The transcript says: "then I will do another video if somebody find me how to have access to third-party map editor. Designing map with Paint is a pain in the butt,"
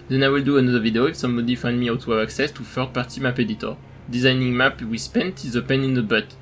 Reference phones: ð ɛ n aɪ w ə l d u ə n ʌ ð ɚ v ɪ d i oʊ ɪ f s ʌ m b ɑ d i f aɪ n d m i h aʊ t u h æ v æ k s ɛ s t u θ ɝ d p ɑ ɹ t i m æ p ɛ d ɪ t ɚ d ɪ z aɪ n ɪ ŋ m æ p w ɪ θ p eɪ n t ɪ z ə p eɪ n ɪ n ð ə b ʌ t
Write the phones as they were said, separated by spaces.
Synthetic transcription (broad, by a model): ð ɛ n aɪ w ə l d u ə n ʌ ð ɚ v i d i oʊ ɪ f s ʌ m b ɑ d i f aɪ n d m i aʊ t u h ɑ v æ k s ɛ s t u f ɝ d p ɑ ɹ t i m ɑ p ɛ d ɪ t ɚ d ɪ z aɪ n ɪ ŋ m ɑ p w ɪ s p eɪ n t ɪ z ə p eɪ n ɪ n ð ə b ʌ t